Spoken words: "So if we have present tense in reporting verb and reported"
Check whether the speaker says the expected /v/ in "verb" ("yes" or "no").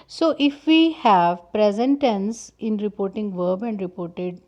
yes